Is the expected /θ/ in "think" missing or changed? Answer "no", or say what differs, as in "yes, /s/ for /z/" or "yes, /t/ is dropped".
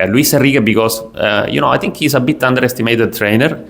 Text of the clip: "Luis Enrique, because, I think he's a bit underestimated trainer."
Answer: yes, /t/ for /θ/